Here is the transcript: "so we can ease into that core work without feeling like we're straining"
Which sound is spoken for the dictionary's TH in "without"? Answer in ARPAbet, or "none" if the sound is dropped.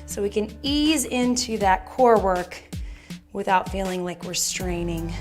TH